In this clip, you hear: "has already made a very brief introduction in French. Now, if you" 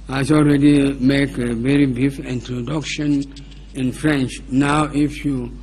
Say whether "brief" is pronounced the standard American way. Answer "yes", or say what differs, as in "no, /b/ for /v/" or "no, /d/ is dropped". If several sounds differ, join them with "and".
no, /ɹ/ is dropped